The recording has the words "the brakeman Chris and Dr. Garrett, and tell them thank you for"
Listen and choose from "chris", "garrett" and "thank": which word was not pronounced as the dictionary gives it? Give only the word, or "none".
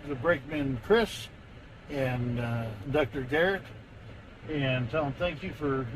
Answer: none